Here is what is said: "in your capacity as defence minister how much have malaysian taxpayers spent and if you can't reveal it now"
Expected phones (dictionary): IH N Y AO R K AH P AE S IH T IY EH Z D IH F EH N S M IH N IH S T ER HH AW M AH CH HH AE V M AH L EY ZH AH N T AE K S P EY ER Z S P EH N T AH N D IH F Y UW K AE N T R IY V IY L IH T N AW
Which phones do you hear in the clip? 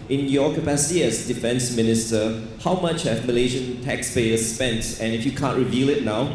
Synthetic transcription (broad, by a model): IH N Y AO K AH P AE S IH T IY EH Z D IH F EH N S M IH N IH S T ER HH AW M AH CH HH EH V M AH L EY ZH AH N T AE K S P EY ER S P EH N T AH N IH F Y UW K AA N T R IY V IY L IH T N AW